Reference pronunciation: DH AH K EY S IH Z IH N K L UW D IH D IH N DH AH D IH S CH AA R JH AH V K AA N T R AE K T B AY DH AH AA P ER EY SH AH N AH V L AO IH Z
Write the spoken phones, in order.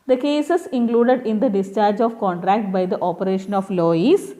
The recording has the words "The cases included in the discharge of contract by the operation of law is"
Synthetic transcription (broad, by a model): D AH K EY S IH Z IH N K L UW D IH D IH N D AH D IH S CH AA R JH AH V K AA N T R AE K T B AY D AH AA P ER EY SH AH N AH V L AO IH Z